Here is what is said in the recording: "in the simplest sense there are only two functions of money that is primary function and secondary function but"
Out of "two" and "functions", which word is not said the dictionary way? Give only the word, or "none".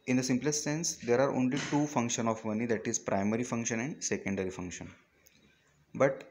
functions